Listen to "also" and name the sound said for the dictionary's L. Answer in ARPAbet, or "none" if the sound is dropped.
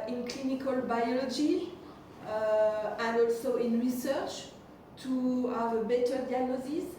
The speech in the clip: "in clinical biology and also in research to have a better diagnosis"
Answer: L